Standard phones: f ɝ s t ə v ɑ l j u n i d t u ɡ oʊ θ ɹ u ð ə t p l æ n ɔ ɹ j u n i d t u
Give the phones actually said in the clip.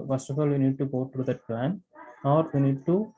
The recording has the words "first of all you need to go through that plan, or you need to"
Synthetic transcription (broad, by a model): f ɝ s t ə f ɑ l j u n i d t u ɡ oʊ t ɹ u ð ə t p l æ n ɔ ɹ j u n i d t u